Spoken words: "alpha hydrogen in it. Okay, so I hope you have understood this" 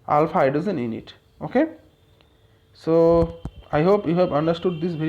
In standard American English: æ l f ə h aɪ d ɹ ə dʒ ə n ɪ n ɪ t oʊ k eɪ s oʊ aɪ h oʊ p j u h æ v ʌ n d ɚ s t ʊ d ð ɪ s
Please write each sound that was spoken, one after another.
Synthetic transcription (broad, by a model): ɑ l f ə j d ə z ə n ɪ n ɪ t oʊ k eɪ s oʊ aɪ h oʊ p j u h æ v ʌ n d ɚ s t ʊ d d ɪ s